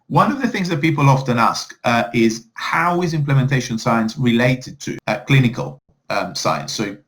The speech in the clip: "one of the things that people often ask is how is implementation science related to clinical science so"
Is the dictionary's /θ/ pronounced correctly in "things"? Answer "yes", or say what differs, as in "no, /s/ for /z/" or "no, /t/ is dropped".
yes